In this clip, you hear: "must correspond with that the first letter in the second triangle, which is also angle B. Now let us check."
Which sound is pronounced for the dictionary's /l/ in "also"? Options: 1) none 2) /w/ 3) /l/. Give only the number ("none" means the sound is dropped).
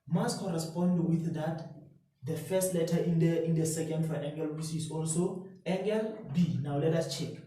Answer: 3